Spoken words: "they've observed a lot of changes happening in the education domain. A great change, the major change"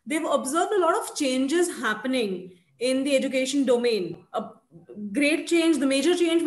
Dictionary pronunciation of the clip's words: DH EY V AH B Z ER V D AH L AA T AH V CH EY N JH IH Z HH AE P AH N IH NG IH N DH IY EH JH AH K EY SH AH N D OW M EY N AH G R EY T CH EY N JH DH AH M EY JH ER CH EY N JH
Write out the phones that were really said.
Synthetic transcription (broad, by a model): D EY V AH B Z ER V D AH L AA T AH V CH EY N JH IH Z HH AE P AH N IH NG IH N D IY EH JH AH K EY SH AH N D OW M EY N AH G R EY T CH EY N JH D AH M EY JH ER CH EY N JH